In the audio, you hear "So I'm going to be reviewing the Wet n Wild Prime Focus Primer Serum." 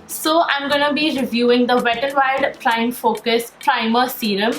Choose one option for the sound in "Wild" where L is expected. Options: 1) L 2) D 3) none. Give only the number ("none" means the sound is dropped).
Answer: 3